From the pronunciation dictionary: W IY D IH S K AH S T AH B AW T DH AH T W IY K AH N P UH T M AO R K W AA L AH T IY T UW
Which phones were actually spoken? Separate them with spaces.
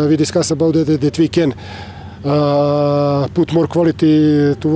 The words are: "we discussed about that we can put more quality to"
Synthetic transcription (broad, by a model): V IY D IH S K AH S AH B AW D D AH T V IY K AH N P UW T M AO R K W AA L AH T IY T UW